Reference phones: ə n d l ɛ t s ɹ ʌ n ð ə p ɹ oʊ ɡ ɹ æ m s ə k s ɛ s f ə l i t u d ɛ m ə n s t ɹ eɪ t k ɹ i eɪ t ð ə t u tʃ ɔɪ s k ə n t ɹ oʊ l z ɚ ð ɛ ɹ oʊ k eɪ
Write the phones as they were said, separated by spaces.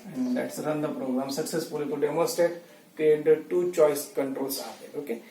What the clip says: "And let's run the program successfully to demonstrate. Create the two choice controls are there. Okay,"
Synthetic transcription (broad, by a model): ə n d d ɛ t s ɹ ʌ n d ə p ɹ oʊ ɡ ɹ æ m s ə k s ɛ s f ə l i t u d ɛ m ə s t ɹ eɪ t k ɹ i eɪ t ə t u tʃ ɔɪ s k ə n t ɹ oʊ l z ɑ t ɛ oʊ k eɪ